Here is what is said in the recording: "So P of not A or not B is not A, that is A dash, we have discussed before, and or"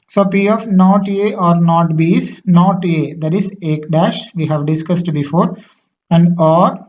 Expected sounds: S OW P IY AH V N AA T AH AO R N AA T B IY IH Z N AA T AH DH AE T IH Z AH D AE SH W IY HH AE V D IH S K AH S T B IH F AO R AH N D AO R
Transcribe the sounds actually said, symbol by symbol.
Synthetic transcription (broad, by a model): S OW P IY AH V N AA T AH AO R N AA T B IY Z N AA T AH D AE T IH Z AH D AE SH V IY HH AE V D IH S K AH S T B IH F AO R AH N D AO R